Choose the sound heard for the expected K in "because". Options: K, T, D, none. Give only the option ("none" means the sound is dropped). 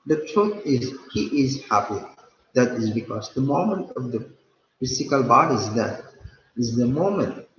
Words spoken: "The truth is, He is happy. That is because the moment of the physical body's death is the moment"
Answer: K